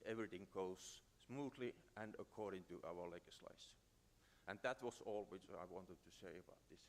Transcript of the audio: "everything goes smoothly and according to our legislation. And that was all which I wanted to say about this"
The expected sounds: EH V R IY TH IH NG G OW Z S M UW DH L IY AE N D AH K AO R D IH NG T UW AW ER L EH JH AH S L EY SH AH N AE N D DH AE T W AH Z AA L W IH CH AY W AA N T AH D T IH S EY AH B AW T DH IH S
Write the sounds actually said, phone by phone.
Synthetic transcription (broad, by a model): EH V R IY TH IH NG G OW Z S M UW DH L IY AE N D AH K AO R D IH NG T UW AW ER L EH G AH S L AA AH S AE N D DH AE T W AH S AA L W IH CH AY W AA N T AH D T IH S EY AH B AW T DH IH S